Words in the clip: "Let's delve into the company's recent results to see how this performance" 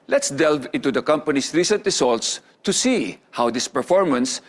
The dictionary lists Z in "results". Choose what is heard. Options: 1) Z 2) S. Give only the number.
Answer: 2